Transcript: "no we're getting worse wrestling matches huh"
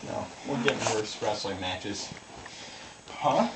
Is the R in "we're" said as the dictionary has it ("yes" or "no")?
no